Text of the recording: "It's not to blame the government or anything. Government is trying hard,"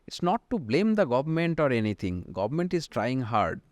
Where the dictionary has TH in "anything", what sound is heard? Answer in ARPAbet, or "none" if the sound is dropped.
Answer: T